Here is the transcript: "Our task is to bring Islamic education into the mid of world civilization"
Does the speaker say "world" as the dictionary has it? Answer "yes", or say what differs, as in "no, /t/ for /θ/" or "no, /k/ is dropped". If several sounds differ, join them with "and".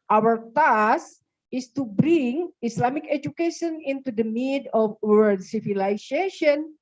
no, /l/ is dropped